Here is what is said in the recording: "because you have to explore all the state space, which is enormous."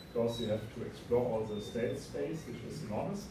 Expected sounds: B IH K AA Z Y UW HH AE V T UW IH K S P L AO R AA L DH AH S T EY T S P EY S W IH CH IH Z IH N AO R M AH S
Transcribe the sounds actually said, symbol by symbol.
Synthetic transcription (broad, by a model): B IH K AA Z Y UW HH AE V T UW IH K S P L AO R AA L DH AH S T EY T S P EY S W IH CH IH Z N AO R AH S